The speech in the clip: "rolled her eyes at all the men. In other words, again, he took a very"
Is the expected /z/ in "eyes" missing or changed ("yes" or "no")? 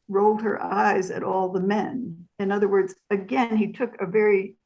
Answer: no